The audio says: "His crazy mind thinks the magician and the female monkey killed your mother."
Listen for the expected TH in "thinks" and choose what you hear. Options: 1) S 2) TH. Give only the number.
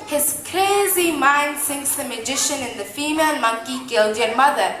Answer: 1